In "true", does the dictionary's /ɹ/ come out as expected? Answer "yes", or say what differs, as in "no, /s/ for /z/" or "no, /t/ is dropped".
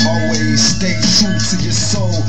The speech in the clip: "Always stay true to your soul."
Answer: no, /ɹ/ is dropped